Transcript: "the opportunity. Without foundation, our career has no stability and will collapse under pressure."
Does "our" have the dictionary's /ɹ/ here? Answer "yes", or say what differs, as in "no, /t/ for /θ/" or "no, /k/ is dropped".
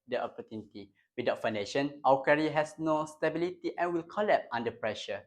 no, /w/ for /ɹ/